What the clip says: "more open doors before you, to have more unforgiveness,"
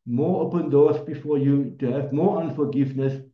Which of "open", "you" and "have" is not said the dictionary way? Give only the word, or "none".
none